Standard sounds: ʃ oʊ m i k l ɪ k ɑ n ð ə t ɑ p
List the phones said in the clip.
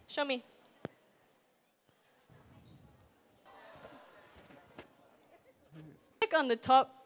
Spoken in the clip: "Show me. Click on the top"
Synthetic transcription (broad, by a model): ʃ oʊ m i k ʌ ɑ n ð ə t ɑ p